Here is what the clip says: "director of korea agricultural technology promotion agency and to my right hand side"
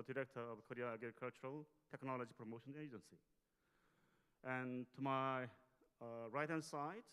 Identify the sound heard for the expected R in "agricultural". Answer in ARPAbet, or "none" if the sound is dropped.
none